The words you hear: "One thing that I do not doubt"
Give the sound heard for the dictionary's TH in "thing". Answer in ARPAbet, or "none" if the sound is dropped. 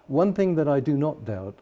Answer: TH